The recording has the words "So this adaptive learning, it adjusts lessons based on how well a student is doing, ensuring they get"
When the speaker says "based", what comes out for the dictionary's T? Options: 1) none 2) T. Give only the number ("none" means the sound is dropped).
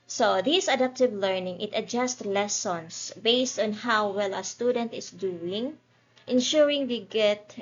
2